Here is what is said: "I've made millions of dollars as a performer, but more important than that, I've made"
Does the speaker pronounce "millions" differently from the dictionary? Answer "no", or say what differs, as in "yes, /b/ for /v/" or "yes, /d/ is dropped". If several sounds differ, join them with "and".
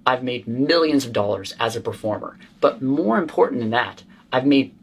no